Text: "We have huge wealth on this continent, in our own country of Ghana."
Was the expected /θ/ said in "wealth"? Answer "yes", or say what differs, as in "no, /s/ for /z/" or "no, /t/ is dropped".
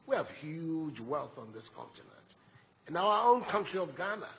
yes